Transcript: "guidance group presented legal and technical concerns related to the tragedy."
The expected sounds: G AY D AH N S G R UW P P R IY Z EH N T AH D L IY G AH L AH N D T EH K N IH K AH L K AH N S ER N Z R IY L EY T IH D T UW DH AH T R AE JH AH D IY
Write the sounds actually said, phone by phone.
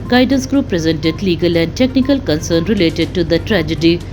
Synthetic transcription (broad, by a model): G AY D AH N S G R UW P P R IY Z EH N T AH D L IY G AH L AH N D T EH K N IH K AH L K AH N S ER N R IY L EY T IH D T UW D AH T R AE JH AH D IY